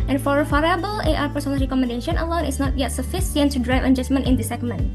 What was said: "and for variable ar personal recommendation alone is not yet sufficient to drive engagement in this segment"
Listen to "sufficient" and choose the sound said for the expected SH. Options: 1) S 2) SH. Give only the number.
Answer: 1